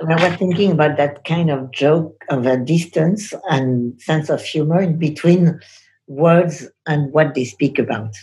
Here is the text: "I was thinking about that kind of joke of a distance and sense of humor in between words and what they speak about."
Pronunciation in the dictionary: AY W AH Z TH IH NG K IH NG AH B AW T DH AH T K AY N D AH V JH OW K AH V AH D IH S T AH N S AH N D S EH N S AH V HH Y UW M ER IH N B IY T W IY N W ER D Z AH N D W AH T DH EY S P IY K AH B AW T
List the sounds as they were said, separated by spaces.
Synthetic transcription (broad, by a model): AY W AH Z TH IH NG K IH NG AH B AW T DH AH T K AY N D AH V JH OW K AH V AH D IH S T AH N S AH N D S EH N S AH V HH Y UW M ER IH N B IY T W IY N W ER D Z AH N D W AH T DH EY S P IY K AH B AW T